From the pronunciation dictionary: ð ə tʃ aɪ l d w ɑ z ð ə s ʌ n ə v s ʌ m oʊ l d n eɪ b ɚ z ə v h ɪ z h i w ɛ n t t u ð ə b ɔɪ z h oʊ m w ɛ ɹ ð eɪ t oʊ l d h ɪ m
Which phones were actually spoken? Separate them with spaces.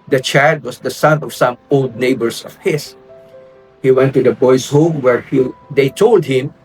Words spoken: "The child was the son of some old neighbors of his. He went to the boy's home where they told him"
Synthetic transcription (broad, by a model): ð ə tʃ aɪ l d w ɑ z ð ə s ʌ n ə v s ʌ m oʊ l d n eɪ b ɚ s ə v h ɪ s h i w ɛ n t t u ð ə b ɔɪ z h oʊ m w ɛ ɹ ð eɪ t oʊ l d h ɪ m